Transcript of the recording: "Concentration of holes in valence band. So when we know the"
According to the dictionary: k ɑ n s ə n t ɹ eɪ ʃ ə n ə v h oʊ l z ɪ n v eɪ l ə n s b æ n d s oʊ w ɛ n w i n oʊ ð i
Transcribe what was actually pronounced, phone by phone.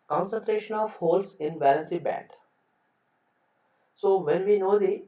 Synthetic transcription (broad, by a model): k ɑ n s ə n t ɹ eɪ ʃ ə n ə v h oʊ l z ɪ n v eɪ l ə n s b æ d s oʊ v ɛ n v i n oʊ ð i